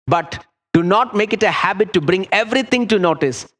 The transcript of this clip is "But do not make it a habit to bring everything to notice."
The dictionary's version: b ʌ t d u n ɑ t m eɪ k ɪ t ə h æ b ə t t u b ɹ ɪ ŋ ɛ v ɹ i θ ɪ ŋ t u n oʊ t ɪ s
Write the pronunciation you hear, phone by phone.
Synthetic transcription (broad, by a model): b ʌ t d u n ɑ t m eɪ k ɪ t ə h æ b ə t t u b ɹ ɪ ŋ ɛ v ɹ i t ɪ ŋ t u n oʊ t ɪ s